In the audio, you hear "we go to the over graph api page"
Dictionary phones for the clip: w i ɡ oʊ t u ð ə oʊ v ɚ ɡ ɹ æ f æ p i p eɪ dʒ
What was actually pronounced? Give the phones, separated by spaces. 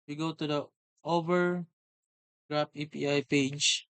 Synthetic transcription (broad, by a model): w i ɡ oʊ t u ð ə oʊ v ɚ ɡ ɹ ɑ p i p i p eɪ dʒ